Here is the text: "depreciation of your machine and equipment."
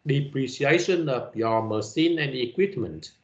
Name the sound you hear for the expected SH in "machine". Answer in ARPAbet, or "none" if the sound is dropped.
S